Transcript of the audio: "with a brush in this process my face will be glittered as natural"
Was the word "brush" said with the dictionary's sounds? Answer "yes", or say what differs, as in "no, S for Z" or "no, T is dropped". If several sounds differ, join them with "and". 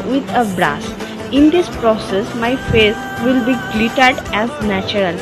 no, S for SH